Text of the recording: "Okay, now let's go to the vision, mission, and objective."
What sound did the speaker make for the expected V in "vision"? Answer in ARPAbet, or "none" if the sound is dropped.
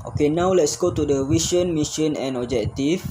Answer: W